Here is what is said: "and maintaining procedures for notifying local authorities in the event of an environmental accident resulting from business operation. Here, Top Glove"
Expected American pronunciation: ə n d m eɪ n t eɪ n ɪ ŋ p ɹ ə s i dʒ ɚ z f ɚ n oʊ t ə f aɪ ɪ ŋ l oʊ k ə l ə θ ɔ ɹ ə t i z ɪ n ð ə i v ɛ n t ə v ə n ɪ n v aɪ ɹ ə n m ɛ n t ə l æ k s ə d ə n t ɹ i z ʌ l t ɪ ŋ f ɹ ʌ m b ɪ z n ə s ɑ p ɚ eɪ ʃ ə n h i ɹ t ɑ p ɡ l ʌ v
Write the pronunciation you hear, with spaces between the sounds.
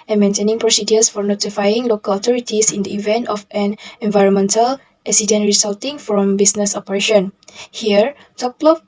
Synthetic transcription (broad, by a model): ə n m eɪ n t eɪ n ɪ ŋ p ɹ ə s i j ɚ s f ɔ n oʊ t ə f aɪ ɪ ŋ l oʊ k ə l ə t ɔ ɹ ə t i s ɪ n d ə i v ɛ n t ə f ə n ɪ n v aɪ ɹ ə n m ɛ n t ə l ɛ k s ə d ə n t ɹ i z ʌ l t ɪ ŋ f ɹ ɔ m b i s n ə s ɑ p ɚ eɪ ʃ ə n h i ɹ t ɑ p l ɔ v